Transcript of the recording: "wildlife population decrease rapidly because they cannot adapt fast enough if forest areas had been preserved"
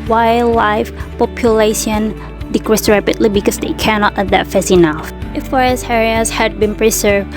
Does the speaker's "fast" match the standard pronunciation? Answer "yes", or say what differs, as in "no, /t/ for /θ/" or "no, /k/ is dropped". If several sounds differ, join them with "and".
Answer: no, /t/ is dropped